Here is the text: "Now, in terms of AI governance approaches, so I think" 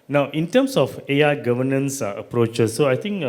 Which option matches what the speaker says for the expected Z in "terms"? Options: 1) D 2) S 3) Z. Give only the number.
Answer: 2